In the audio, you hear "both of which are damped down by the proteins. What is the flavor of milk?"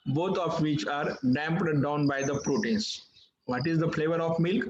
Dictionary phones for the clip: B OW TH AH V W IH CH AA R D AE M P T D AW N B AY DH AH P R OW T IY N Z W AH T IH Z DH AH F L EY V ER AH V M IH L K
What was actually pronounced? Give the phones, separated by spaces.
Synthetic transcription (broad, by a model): B OW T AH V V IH CH AA R D AE M P T D AW N B AY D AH P R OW T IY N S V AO T IH Z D AH F L EY V ER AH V M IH L K